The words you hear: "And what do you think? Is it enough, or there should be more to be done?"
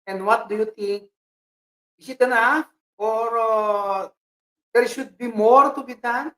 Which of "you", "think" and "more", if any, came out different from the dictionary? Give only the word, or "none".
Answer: think